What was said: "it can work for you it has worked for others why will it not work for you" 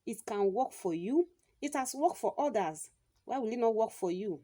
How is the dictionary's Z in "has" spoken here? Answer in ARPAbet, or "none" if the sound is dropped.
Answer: S